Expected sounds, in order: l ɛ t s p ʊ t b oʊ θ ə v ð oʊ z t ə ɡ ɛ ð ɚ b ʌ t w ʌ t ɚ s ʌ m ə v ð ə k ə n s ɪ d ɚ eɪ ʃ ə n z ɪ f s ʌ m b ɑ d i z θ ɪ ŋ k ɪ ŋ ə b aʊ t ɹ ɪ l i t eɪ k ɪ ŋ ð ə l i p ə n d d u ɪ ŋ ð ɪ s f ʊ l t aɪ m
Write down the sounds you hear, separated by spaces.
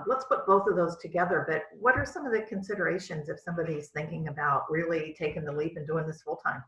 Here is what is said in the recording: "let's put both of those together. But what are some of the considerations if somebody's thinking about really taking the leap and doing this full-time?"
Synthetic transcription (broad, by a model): l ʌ t s p ʊ t b oʊ θ ə v ð oʊ z t ə ɡ ɛ ð ɚ b ʌ t w ʌ t ɚ s ʌ m ə v ð ə k ə n s ɪ d ɚ eɪ ʃ ə n z ɪ f s ʌ m b ɑ d i z θ ɪ ŋ k ɪ ŋ ə b aʊ t ɹ ɪ l i t eɪ k ɪ ŋ ð ə l i p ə n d d u ɪ ŋ ð ɪ s f ʊ l t aɪ m